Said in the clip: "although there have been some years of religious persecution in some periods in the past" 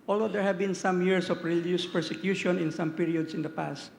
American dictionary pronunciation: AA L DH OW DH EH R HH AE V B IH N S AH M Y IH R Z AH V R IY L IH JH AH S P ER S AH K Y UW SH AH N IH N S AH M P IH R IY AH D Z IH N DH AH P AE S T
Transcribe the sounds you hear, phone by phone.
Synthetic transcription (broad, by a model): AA L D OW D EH R HH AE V B IH N S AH M Y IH R S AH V R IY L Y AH S P ER S AH K Y UW SH AH N IH N S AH M P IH R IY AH D S IH N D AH P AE S T